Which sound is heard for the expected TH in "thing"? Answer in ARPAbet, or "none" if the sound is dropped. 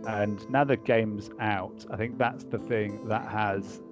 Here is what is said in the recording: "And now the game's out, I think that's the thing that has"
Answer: TH